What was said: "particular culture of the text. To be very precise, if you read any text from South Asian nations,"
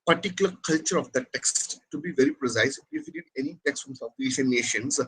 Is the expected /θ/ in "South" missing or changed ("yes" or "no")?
yes